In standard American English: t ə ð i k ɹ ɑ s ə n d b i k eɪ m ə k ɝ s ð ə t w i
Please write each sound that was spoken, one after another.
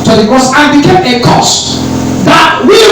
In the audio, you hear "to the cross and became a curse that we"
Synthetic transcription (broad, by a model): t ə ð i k ɑ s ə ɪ b i k eɪ m ə k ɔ s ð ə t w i